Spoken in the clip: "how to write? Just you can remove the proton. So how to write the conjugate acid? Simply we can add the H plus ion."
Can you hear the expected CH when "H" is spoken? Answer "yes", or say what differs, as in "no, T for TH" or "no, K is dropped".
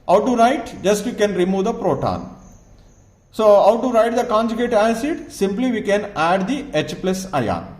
yes